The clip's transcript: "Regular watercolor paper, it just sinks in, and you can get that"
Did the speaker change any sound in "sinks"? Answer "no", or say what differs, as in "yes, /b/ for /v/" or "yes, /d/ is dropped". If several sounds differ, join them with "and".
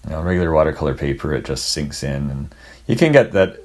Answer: no